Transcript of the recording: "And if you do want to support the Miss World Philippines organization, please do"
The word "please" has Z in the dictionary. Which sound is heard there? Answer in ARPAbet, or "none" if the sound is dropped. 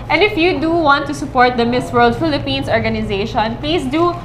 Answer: S